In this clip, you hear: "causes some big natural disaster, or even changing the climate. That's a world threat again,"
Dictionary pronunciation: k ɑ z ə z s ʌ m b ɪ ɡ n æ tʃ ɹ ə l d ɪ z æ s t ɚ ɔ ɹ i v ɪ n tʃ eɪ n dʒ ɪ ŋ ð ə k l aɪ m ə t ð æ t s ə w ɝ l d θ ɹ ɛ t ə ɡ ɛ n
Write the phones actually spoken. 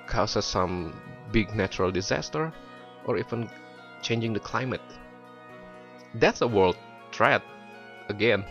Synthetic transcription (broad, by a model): k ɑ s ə s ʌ m b ɪ ɡ n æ tʃ ɹ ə l d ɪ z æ s t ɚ ɔ ɹ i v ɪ n tʃ eɪ n dʒ ɪ ŋ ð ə k l aɪ m ə t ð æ t s ə w ɝ l d t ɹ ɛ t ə ɡ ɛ n